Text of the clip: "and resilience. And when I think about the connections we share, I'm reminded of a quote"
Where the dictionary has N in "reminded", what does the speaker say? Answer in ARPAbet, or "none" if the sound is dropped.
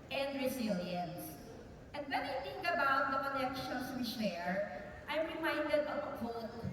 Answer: N